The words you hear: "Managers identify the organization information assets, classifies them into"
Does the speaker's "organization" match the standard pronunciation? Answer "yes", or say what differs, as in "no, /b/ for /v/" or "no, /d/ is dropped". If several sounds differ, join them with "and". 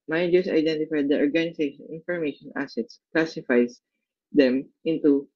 no, /s/ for /z/